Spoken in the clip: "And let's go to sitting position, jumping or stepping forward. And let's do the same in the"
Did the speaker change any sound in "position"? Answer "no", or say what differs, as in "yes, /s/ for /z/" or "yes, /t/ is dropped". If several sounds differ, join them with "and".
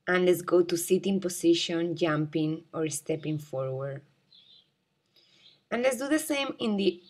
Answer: yes, /s/ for /z/